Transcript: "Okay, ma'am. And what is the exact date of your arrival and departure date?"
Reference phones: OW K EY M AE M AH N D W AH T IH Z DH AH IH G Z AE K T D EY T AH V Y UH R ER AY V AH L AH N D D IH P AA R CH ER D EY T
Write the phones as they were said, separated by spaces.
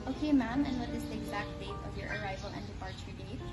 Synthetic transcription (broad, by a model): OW K EY M AE M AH N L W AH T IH S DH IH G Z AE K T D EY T AH V Y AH R ER AY V AH L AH N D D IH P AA R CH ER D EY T